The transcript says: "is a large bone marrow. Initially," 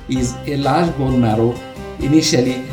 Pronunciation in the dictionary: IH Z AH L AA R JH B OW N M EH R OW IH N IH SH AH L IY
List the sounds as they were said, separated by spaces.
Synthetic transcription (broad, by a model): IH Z AH L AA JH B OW L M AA R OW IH N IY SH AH L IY